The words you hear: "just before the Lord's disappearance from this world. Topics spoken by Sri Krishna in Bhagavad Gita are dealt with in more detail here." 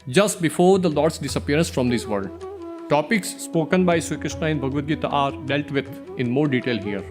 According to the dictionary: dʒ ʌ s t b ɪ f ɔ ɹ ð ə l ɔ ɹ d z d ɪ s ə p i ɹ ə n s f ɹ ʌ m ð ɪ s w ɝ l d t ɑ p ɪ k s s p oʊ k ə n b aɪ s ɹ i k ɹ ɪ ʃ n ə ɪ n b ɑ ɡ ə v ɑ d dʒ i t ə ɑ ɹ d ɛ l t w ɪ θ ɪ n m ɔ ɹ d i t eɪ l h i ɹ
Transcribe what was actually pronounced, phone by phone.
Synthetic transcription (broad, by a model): dʒ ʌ s t b ɪ f ɔ ɹ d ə l ɔ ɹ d s d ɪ s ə p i ɹ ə n s f ɹ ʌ m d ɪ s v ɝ d t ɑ p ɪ k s s p oʊ k ə n b aɪ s i k ɹ ɪ ʃ n ə ɪ n b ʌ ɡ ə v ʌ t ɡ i t ɑ ɹ d ɛ l t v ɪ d ɪ n m ɔ ɹ d i t eɪ l h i ɹ